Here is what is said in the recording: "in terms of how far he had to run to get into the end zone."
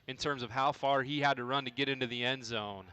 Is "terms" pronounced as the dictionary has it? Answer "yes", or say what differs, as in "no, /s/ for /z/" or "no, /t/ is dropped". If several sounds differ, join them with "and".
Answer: yes